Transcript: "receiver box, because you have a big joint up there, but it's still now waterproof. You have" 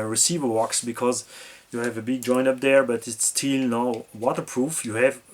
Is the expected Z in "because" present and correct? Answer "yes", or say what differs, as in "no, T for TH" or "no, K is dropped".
yes